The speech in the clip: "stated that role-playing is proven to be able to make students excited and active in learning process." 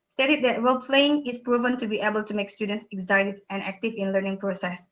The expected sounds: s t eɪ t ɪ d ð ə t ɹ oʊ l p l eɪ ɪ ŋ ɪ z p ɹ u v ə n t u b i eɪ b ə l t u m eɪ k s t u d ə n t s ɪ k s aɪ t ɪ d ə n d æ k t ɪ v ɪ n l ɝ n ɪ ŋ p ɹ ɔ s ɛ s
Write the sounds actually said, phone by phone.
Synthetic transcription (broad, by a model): s t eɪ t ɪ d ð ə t ɹ oʊ l p l eɪ ɪ ŋ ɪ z p ɹ u v ə n t u b i eɪ b ə l t u m eɪ k s t u d ə n t s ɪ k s aɪ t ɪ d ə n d æ k t ɪ v ɪ n l ɝ n ɪ ŋ p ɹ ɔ s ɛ s